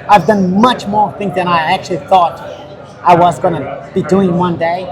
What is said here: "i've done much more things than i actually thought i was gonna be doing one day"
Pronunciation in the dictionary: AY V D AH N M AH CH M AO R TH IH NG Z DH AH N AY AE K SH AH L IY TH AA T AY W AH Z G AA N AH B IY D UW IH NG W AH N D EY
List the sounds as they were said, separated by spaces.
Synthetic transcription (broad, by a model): AY V D AH N M AH CH M AO R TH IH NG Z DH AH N AY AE K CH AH L IY TH AA T AY W AH Z G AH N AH B IY D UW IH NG W AH N D EY